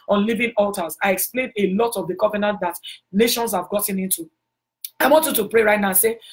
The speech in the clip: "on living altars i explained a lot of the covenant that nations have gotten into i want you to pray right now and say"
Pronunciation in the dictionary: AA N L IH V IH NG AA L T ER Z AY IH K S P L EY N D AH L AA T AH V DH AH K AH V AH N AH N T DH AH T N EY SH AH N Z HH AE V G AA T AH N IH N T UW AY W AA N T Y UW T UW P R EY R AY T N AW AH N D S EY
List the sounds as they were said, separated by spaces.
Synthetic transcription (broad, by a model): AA N L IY V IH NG AA L T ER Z AY IH K S P L EY N D AH L AA T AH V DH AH K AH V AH N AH N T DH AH T N EY SH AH N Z HH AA V G AA T AH N IH N T UW AY W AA N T Y UW T UW P R EY R AY T N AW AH S EY